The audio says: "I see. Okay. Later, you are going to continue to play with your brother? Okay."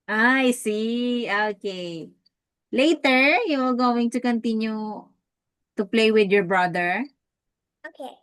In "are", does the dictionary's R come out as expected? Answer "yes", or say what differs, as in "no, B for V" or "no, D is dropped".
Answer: no, L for R